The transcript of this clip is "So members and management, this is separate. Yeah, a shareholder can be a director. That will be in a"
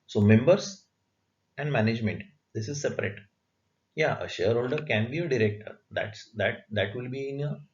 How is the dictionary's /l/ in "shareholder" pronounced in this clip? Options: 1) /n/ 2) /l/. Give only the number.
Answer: 2